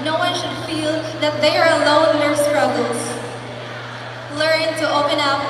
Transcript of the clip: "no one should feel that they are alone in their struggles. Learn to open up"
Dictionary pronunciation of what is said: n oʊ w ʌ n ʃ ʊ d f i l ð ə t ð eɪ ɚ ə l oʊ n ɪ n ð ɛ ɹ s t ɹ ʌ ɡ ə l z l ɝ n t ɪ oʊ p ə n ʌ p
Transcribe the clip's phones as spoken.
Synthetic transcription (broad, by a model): n oʊ w ʌ n ʃ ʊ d f i l ð ə t ð eɪ ɚ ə l oʊ ɪ n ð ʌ ɹ s t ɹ ʌ ɡ l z l ɝ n t ɪ oʊ p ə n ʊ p